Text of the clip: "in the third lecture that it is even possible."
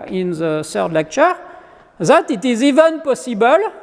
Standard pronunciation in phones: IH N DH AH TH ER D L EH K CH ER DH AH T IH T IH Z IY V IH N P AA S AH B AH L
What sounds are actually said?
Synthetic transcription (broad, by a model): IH N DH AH S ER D L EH K CH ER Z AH T IH T IH Z IY V IH N P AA S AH B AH L